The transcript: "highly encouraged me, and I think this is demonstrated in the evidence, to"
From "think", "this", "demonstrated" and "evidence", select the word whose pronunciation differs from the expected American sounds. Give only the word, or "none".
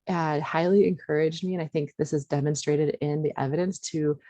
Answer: none